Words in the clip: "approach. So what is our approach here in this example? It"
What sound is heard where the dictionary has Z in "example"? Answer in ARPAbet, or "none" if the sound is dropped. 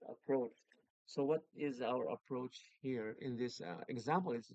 Z